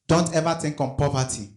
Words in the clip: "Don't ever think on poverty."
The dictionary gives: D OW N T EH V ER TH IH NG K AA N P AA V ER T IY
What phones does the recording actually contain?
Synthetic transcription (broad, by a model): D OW N T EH V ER T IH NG K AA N P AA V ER T IY